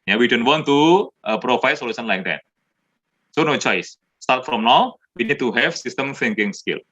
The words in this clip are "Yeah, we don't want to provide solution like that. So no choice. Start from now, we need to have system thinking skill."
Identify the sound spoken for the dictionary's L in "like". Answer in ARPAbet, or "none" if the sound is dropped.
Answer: L